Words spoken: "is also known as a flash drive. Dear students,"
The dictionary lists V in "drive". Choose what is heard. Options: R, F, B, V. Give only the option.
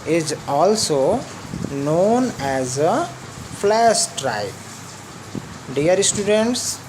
B